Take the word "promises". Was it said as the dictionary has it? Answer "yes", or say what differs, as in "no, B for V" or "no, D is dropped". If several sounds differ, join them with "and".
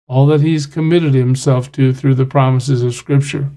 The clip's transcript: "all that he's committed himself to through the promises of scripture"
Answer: yes